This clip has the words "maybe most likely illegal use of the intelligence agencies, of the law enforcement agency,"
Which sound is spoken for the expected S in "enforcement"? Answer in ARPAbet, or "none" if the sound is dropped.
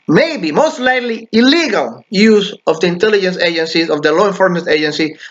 none